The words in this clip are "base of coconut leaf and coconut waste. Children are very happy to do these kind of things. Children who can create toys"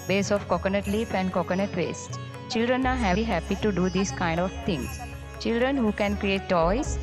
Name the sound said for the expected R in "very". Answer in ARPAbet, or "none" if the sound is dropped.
none